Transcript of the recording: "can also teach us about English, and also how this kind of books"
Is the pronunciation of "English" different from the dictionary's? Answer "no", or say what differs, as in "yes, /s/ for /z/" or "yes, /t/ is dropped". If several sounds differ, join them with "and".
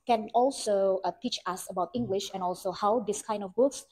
no